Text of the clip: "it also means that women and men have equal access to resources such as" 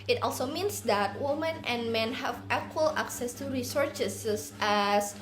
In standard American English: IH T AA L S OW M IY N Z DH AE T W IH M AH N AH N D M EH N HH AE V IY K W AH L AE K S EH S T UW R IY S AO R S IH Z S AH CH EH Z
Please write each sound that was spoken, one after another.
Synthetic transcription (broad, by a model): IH T AA L S OW M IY N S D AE T W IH M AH N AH N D M EH N HH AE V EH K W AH L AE K S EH S T UW R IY S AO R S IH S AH S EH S